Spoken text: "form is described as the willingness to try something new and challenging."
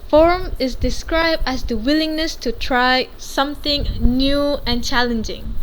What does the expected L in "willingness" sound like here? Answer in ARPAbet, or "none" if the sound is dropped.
L